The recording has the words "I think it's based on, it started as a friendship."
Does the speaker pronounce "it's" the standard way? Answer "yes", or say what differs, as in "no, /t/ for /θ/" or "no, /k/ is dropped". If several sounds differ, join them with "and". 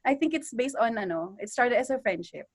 yes